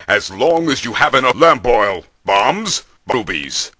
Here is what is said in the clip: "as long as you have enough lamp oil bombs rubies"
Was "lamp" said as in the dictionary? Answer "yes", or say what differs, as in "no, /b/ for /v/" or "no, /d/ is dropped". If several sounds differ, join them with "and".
no, /b/ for /p/